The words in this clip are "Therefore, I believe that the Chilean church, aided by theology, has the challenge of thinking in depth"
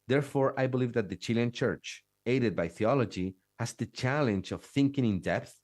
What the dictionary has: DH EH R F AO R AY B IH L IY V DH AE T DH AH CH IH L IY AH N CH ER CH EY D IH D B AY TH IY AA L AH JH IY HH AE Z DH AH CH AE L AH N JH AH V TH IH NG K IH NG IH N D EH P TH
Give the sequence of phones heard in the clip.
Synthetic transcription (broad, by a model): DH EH R F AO R AY B IH L IY V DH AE T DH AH CH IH L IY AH N CH ER CH EY D IH D B AY TH IY AA L AH JH IY HH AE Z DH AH CH AE L AH N JH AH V TH IH NG K IH NG IH N D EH P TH